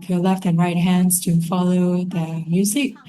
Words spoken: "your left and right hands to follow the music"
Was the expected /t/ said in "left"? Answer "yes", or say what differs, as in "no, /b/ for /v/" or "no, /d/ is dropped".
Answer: yes